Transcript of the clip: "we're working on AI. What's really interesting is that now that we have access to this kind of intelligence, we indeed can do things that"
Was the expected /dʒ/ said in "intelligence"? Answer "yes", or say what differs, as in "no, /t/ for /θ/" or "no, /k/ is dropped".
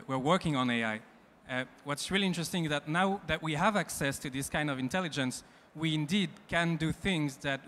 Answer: yes